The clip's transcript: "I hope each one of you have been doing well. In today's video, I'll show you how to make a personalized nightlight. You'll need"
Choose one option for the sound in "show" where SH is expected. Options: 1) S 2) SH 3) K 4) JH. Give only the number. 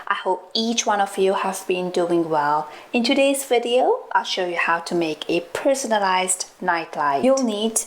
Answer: 2